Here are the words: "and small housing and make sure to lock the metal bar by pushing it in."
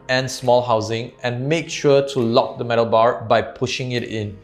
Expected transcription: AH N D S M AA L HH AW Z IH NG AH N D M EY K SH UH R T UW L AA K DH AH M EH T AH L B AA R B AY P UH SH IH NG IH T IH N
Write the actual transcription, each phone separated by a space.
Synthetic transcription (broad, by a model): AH N S M AA L HH AW Z IH NG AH N M EY K SH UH T UW L AA K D AH M EH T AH L B AA R B AY P UH SH IH NG IH T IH N